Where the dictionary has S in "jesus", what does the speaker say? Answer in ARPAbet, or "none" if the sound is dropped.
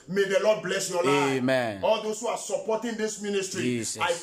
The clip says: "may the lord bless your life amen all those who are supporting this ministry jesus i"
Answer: none